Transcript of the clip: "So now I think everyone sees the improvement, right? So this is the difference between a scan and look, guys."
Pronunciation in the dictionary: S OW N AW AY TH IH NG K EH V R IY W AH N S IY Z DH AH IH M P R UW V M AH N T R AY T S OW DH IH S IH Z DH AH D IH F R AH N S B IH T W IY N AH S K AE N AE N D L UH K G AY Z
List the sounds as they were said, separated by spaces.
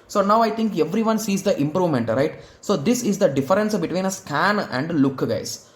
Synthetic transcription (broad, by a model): S OW N AW AY T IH NG K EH V R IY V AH N S IY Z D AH IH M P R UW V M AH N T R AY T S OW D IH S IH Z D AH D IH F R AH N S B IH T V IY N AH S K AE N AE N D L UH K G AY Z